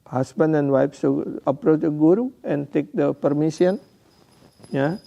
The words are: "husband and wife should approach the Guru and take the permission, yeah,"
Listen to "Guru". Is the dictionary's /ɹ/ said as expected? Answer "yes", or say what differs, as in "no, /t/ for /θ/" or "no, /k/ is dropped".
yes